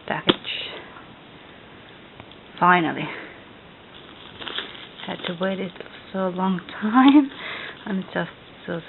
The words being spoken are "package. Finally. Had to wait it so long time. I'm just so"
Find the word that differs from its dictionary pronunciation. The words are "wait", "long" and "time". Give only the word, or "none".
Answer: none